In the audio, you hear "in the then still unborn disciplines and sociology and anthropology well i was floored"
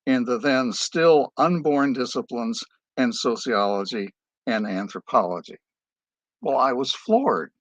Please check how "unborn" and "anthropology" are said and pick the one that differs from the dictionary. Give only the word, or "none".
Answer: none